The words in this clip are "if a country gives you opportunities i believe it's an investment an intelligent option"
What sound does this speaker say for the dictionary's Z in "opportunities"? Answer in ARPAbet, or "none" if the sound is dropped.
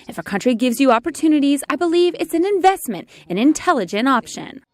Z